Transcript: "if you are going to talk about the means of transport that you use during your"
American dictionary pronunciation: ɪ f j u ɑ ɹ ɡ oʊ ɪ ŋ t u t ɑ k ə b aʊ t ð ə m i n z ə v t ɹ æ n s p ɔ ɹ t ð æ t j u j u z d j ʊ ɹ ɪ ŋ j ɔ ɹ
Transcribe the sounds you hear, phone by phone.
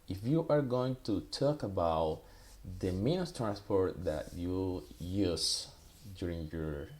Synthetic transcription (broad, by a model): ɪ f j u ɑ ɹ ɡ oʊ ɪ ŋ t u t ɑ k ə b aʊ t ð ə m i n ə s t ɹ æ n s p ɔ ɹ t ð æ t j u j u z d j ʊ ɹ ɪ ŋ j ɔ ɹ